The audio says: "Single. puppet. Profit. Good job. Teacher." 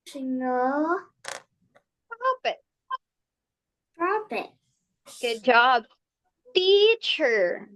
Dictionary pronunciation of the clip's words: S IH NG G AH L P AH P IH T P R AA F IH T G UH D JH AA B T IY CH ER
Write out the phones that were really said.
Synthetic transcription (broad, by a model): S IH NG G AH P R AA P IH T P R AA P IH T G UH D JH AA B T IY CH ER